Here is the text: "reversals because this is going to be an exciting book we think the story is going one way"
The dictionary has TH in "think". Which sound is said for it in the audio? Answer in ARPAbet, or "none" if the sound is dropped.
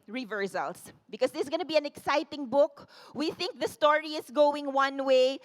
TH